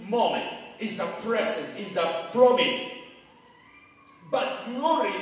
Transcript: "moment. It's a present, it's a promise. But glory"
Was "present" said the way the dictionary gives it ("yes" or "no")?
no